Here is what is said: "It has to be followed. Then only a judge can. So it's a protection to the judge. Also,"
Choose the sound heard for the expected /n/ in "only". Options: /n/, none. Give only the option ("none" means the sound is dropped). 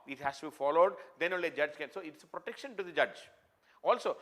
none